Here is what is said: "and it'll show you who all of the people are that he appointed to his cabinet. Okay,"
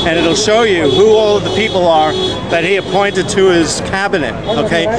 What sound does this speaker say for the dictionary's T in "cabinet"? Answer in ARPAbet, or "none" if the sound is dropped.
T